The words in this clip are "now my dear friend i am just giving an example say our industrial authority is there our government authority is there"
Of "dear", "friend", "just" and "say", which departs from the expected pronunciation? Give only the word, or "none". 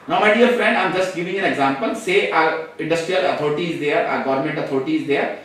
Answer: dear